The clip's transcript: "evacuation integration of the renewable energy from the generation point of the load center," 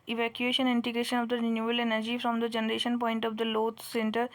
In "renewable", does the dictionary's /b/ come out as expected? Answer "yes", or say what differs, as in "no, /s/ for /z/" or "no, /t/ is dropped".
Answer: no, /b/ is dropped